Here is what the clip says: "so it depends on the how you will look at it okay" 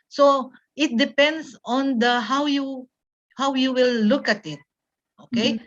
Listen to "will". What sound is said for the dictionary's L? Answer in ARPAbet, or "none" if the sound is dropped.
W